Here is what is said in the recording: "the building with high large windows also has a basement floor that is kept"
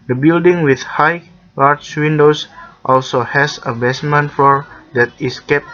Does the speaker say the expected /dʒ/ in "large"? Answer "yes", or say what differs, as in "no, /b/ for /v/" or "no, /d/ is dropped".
no, /tʃ/ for /dʒ/